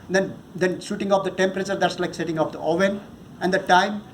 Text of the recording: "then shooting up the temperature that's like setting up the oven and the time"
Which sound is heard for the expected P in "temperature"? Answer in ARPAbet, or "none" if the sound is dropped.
P